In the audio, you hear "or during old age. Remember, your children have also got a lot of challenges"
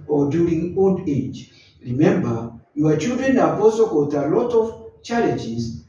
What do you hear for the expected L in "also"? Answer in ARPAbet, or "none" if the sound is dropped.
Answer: none